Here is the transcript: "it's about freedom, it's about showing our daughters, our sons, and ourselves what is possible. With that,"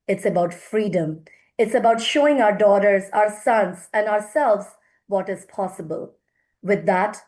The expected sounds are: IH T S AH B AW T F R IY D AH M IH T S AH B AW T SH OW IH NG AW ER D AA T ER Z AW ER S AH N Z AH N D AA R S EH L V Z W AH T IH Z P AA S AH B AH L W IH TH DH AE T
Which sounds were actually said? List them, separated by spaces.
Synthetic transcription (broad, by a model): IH T S AH B AW T F R IY D AH M IH T S AH B AW T SH OW IH NG AW ER D AA T ER Z AW ER S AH N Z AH N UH AA R S EH L V Z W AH T IH Z P AA S AH B AH L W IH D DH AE T